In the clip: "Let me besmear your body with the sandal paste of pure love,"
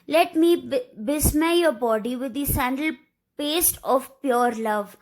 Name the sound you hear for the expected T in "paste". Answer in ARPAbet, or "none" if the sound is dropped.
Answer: T